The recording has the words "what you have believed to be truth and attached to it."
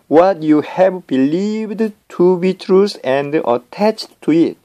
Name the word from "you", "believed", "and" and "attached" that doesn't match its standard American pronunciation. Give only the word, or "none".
none